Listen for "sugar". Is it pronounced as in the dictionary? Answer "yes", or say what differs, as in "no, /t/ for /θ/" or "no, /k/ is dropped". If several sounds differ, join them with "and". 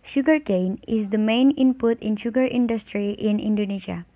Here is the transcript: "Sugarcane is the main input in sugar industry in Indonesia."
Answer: yes